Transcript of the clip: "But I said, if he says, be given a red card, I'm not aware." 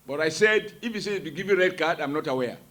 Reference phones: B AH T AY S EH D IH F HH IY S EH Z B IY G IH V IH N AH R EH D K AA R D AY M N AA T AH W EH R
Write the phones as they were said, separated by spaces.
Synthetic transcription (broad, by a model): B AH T AY S EH D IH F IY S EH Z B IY G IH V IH R EH D K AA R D AY M N AA T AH W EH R